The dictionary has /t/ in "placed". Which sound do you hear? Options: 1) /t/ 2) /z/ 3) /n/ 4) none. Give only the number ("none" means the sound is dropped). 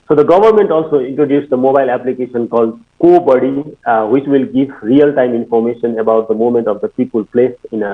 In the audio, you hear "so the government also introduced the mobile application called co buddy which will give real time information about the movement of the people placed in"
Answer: 4